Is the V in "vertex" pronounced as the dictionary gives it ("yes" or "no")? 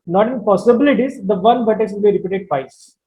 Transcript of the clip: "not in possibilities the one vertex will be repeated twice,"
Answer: no